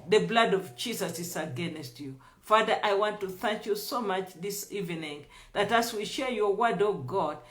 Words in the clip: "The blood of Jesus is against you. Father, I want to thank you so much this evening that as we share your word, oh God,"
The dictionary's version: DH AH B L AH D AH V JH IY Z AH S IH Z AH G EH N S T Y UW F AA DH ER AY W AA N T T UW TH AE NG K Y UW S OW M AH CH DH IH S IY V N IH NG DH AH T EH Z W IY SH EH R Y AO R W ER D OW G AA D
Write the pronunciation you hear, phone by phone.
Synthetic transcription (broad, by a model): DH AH B L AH D AH V JH IY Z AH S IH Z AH G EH N S T Y UW F AA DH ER AY W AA N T T UW TH AE NG K Y UW S OW M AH CH DH IH S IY V N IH NG DH AH T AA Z W IY SH EH R Y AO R W ER D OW G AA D